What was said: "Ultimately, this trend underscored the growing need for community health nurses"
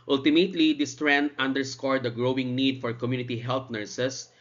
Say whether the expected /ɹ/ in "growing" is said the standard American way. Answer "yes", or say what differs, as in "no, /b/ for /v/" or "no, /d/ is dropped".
yes